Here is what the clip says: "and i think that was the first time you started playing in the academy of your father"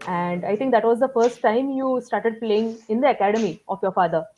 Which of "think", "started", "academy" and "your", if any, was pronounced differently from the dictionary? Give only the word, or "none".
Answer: think